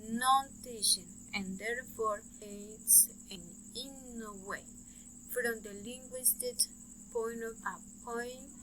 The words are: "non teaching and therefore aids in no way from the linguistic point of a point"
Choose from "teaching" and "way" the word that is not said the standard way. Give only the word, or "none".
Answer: teaching